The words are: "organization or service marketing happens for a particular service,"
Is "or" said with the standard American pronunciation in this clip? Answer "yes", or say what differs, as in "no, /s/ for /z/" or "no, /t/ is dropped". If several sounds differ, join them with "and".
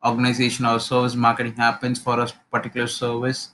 no, /l/ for /ɹ/